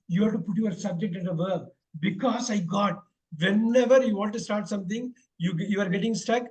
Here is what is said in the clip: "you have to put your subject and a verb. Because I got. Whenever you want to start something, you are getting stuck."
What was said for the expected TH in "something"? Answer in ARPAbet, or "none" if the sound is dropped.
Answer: T